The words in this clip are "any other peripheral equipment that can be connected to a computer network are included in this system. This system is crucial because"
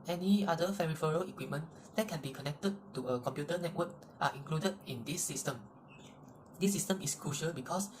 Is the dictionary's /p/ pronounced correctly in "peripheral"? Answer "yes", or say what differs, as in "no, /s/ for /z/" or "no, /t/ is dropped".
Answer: no, /f/ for /p/